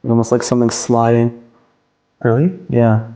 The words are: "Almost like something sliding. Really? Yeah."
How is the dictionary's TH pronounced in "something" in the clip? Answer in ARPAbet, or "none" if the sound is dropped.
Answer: TH